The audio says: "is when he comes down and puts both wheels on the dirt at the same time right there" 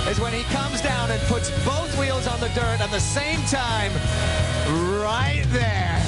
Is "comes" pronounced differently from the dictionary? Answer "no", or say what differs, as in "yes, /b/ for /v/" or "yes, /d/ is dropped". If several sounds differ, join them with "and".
no